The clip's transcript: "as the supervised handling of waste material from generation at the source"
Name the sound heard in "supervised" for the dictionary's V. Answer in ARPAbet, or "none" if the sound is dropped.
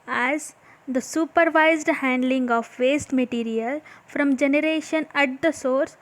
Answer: V